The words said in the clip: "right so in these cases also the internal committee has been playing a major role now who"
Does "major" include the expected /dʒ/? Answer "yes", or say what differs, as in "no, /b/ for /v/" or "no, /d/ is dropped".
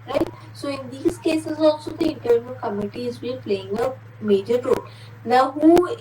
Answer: yes